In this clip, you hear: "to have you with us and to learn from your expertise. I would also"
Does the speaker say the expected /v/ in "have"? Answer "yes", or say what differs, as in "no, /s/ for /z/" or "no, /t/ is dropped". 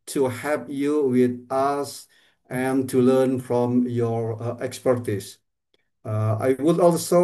no, /p/ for /v/